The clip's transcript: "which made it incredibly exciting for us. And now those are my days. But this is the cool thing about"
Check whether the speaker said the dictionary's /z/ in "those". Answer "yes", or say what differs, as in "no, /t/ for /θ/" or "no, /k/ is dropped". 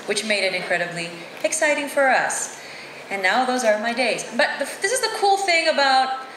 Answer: yes